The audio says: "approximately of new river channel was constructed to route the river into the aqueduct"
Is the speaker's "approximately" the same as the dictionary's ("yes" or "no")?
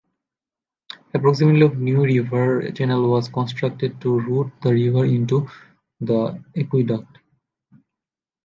no